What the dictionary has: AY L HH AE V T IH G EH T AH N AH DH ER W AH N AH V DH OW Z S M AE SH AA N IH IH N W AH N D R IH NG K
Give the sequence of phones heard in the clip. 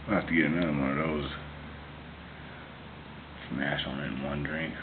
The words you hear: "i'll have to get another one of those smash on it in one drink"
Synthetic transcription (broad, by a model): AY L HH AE F T IH G EH T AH N AH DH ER W AH N AH V DH OW Z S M AE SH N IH IH N W AH N D R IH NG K